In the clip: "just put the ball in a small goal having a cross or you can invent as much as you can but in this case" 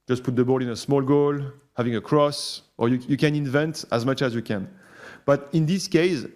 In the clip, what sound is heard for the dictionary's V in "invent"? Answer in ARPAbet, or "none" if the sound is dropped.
V